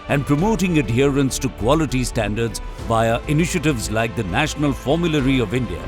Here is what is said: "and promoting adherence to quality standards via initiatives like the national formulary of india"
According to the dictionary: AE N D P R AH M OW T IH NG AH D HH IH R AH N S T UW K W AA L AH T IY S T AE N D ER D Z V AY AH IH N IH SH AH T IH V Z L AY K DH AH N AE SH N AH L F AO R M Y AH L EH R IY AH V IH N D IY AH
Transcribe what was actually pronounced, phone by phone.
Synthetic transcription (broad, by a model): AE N D P R AH M OW T IH NG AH D HH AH R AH N S T UW K W AA L AH T IY S T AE N D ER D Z B AY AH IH N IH SH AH T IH V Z L AY K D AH N AE SH N AH L F AO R M Y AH L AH R IY AH V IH N D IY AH